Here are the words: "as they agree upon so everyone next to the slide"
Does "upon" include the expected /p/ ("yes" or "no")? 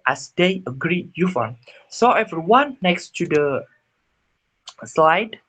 no